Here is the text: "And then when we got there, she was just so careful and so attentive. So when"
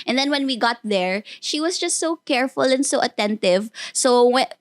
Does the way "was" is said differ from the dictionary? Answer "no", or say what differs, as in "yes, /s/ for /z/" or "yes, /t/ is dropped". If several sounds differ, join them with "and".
yes, /s/ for /z/